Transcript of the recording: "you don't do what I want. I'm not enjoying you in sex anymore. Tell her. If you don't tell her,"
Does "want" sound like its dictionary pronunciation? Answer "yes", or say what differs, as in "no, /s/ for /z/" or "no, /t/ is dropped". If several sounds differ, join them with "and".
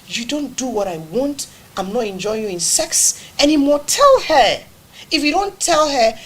yes